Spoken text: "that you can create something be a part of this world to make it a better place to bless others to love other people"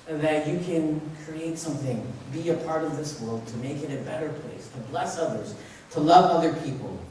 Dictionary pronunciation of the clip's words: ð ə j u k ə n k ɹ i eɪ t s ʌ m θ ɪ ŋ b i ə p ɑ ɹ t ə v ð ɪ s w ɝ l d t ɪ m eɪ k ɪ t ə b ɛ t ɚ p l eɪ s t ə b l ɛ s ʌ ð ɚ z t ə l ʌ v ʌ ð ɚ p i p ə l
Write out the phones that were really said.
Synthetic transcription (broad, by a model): ð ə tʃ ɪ k ə n k ɹ i eɪ t s ʌ m θ ɪ ŋ b i ə p ɑ ɹ t ə v ð ɪ s w ɝ l d t ɪ m eɪ k ɪ t ə b ɛ t ɚ p l eɪ s t ə b l ɛ s ʌ ð ɚ z t ə l ʌ v ʌ ð ɚ p i p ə l